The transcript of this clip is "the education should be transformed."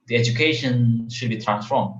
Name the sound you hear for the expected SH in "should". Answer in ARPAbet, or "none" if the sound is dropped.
SH